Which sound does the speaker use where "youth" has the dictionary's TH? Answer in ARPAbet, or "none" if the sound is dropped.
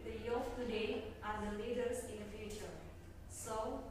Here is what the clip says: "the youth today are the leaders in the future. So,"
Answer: F